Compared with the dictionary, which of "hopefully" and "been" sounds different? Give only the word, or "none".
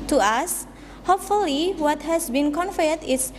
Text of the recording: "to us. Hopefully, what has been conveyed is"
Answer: none